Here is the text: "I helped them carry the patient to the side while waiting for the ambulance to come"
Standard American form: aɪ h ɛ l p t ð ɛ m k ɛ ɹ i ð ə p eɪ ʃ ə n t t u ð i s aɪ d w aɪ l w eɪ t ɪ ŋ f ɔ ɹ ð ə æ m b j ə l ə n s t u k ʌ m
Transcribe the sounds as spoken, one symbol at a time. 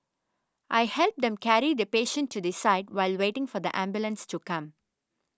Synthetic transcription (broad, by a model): aɪ h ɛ l p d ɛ m k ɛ ɹ i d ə p eɪ ʃ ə n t t u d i s aɪ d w aɪ l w eɪ t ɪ ŋ f ɔ ɹ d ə æ m b j ə l ə n s t u k ʌ m